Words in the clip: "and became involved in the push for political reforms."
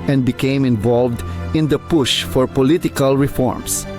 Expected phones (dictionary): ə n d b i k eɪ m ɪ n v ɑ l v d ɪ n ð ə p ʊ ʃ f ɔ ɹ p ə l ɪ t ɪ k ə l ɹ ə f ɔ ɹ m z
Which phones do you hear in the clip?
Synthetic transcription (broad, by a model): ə n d b i k eɪ m ɪ n v ɑ l v d ɪ n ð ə p ʊ ʃ f ɔ ɹ p ə l ɪ t ɪ k ə l ɹ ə f ɔ ɹ m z